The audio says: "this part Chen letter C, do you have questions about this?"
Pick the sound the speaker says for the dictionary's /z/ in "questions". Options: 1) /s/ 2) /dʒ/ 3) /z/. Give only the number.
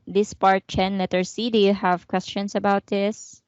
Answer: 1